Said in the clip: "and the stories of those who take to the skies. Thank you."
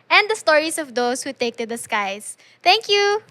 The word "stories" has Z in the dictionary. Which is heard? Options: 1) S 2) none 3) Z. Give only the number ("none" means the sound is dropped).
1